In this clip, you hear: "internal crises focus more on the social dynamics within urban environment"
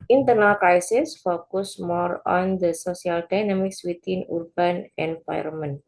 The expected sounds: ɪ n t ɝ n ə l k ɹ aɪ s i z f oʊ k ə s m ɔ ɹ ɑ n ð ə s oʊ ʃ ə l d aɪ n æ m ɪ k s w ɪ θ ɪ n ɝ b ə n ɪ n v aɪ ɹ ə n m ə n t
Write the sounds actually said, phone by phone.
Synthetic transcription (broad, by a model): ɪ n t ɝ n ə l k ɹ aɪ s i s f oʊ k ə s m ɔ ɹ ɑ n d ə s oʊ s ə l d aɪ n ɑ m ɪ k s w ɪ t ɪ n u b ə n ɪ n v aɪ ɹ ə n m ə n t